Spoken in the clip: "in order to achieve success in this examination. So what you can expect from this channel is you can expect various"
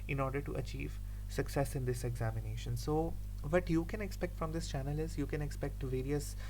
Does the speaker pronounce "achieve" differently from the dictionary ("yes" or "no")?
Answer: no